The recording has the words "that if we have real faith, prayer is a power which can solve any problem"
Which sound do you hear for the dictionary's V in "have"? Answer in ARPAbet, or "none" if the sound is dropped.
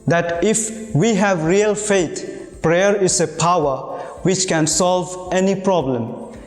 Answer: V